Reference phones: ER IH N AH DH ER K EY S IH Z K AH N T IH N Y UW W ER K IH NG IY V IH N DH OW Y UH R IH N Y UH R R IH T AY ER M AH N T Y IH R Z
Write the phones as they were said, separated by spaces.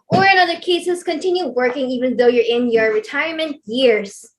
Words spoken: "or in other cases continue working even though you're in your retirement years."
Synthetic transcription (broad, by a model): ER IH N AH DH ER K EY S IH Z K AH N T IH N Y UW W ER K IH NG IY V IH N DH OW Y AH R IH N Y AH R R IH T AY ER M AH N T Y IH R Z